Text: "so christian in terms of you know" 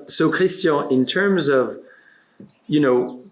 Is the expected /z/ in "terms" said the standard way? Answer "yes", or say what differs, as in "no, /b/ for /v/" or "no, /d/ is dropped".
yes